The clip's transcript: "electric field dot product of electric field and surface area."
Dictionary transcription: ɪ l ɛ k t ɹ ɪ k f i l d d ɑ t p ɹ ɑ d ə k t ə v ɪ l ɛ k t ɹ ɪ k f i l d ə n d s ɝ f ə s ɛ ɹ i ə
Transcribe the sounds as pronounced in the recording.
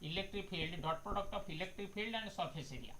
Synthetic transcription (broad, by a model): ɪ l ɛ k t ɹ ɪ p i l d d ɑ t p ɹ ɑ d ə k t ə p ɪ l ɛ k t ɹ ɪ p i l d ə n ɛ s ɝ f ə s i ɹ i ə